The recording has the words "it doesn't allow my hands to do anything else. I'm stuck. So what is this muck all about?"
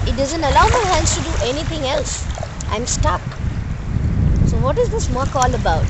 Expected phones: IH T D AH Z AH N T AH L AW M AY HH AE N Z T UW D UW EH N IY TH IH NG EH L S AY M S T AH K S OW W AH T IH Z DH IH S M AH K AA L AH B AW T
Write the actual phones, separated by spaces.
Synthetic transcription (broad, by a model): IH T D AH Z AH N T AH L AW M AY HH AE N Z T UW D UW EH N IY T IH NG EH L S AY M S T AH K S OW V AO T IH Z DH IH S M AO K AA L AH B AW T